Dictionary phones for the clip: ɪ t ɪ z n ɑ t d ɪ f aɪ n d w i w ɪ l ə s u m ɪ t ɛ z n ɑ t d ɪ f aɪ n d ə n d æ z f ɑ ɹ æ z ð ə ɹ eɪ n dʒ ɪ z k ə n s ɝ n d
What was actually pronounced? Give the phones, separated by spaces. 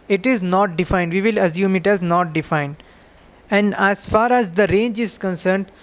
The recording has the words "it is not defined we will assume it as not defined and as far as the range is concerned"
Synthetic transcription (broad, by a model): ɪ t ɪ z n ɑ t d ɪ f aɪ n d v i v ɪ l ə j u m ɪ t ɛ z n ɑ t d ɪ f aɪ n d ə n d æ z f ɑ ɹ æ z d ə ɹ eɪ n dʒ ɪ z k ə n s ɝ n d